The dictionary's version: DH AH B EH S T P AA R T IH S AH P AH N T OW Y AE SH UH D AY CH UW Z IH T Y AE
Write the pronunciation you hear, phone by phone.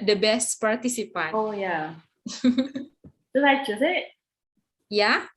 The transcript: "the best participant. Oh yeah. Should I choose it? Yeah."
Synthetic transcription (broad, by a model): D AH B EH S T P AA R T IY S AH P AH N OW Y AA S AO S AY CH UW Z IH T Y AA